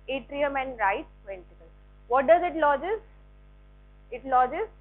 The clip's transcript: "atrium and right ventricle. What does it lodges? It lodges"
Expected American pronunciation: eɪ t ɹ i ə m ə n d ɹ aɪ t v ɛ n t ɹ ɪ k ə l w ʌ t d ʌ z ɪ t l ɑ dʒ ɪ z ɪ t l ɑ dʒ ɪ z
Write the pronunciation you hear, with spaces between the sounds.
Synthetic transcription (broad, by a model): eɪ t ɹ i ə m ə n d ɹ aɪ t p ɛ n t ɪ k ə l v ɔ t d ʌ z ɪ t l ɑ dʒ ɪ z ɪ t l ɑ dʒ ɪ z